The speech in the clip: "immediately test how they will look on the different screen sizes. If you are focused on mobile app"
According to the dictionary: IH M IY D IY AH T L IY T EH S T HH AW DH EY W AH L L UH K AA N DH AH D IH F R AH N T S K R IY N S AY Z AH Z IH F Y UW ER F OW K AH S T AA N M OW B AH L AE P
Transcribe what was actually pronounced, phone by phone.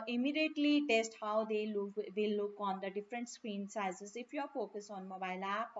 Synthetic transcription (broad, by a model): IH M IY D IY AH T L IY T EH S T HH AW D EY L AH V L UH K AA N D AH D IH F R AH N T S K R IY N S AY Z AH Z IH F Y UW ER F OW K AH S AA N M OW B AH L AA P